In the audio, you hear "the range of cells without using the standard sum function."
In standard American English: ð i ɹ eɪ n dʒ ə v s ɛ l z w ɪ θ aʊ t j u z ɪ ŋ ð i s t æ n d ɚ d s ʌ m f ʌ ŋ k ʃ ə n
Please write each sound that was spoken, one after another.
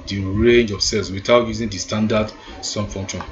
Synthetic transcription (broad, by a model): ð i ɹ eɪ n dʒ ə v s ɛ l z w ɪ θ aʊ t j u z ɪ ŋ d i s t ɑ n d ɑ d s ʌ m f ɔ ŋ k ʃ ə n